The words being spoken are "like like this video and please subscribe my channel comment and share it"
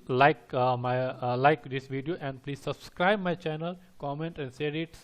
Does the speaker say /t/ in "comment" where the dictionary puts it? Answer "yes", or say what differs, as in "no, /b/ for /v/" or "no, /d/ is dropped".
yes